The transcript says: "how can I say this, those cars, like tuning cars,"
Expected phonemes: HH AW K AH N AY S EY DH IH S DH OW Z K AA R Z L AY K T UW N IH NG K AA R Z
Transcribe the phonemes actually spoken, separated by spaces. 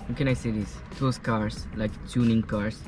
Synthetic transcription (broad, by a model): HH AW K AH N AY S EY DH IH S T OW S K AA R S L AY K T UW N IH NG K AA R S